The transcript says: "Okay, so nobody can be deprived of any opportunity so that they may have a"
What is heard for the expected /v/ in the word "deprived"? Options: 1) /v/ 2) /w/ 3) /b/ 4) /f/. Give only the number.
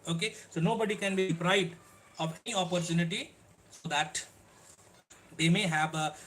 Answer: 3